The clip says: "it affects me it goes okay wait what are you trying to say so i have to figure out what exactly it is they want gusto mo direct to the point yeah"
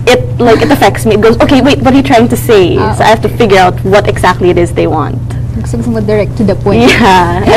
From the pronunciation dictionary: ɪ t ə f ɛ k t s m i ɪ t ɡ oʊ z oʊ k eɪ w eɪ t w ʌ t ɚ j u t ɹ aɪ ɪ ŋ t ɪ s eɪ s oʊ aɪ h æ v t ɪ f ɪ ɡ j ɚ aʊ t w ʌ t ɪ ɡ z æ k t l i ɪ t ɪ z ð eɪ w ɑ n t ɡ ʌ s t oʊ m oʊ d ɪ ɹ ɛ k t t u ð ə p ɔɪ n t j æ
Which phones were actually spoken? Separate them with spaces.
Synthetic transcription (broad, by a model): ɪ t ə f ɛ k t s m i ɪ t ɡ oʊ z oʊ k eɪ w eɪ t w ʌ t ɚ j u t ɹ aɪ ɪ ŋ t ɪ s eɪ s oʊ aɪ h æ f t ɪ f ɪ ɡ j ɚ aʊ t w ʌ t ɪ ɡ z æ k t l i ɪ t ɪ z ð eɪ w ɑ n t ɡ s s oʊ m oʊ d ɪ ɹ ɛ k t t u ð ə p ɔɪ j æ